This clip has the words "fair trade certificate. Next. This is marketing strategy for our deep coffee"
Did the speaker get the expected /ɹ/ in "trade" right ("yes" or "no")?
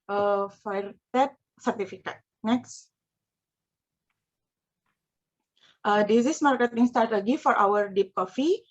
no